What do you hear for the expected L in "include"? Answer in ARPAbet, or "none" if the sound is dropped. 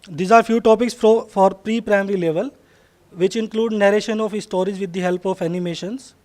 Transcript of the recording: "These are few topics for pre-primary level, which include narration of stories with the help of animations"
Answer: L